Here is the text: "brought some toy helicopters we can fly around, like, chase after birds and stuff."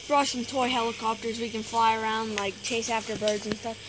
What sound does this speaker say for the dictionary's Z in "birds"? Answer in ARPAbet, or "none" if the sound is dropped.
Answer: Z